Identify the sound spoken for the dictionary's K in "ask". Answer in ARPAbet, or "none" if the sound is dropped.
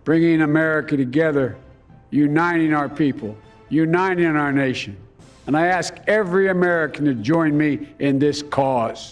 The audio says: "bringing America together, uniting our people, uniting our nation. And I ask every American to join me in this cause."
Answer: K